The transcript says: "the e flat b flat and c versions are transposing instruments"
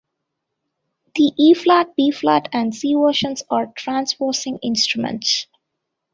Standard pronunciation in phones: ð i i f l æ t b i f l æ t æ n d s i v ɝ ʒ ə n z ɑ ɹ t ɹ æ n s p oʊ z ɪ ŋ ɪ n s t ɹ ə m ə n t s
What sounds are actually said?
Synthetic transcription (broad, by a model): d i i f l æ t b i f l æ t æ n d s i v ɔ ʃ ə n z ɑ ɹ t ɹ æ n s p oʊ s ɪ ŋ ɪ n s t ɹ ə m ə n t s